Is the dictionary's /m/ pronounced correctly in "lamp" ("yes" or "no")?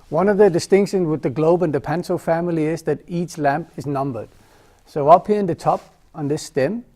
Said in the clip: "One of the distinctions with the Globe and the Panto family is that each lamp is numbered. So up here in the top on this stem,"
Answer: yes